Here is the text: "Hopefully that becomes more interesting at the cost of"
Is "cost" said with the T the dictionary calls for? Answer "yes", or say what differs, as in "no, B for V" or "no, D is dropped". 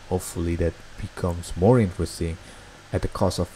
no, T is dropped